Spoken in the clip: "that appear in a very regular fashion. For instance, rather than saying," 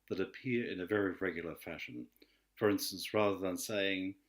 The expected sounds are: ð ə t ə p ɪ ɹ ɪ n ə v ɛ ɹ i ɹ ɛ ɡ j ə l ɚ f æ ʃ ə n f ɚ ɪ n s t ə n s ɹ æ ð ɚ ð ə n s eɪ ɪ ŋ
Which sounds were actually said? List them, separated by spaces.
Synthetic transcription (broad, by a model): ð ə t ə p ɪ ɹ ɪ n ə v ɛ ɹ i ɹ ɛ ɡ j l ɚ f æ ʃ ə n f ɚ ɪ n s t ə n s ɹ æ ð ɚ ð ə n s eɪ ɪ ŋ